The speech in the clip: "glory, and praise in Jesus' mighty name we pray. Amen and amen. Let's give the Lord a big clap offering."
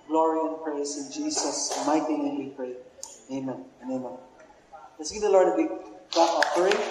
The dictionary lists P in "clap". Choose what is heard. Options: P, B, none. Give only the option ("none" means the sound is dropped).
none